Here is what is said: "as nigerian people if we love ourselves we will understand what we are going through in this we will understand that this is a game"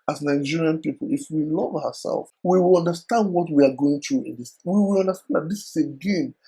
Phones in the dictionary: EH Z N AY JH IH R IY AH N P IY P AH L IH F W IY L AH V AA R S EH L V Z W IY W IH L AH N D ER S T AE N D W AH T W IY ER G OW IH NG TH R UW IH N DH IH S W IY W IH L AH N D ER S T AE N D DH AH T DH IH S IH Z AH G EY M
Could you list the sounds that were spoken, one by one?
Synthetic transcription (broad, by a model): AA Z N AY JH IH R IY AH N P IY P AH L IH F W IY L AH V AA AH S EH L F W IY W IH L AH N D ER S T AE N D W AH T W IY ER G OW IH NG T R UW IH N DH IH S W IY W IH L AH N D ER S T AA N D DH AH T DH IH S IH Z AH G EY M